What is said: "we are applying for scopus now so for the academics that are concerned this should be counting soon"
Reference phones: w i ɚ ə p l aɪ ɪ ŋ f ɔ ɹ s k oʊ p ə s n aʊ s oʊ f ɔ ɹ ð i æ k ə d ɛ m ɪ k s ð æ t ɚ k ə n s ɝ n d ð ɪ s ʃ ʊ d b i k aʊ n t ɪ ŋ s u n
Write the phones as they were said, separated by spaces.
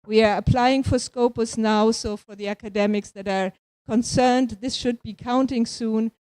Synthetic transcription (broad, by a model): w i ɚ ə p l aɪ ɪ ŋ f ɔ ɹ s k oʊ p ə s n aʊ s oʊ f ɔ ɹ ð i æ k ə d ɛ m ɪ k s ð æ t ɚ k ə n s ɝ n d ð ɪ s ʃ ʊ d b i k aʊ n t ɪ ŋ s u n